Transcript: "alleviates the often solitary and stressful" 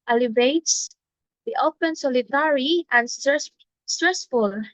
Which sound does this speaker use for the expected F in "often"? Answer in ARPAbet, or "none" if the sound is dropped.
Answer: P